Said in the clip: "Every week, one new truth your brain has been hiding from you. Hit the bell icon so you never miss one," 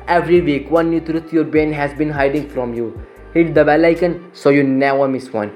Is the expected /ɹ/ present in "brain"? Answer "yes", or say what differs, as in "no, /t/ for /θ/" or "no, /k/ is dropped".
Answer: no, /ɹ/ is dropped